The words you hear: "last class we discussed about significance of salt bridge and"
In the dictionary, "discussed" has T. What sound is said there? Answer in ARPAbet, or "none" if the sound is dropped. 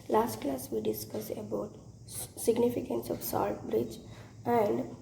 none